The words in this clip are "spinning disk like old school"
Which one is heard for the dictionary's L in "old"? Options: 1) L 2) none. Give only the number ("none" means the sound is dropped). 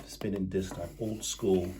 1